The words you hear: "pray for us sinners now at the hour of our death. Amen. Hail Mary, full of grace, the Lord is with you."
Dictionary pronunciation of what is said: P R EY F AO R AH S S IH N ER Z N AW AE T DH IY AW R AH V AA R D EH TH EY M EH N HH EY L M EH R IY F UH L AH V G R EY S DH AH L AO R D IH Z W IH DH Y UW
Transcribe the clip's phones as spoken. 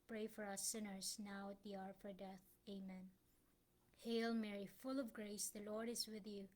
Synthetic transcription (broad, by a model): P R EY F AO R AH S S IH N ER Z N AW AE T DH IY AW R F AA R D EH TH EY M EH N HH EY L M EH R IY F UH L AH V G R EY S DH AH L AO R D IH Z W IH DH Y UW